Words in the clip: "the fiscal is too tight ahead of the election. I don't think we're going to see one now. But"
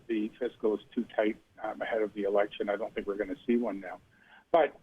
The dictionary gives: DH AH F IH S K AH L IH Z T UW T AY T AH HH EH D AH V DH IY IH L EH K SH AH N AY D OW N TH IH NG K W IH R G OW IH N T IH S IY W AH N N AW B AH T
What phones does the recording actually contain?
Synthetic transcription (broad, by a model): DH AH F IH S K L IH Z T UW T AY T AH HH EH D AH V DH IY IH L EH K SH AH N AY D OW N TH IH NG K W IH R G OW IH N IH S IY W AH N N AW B AH T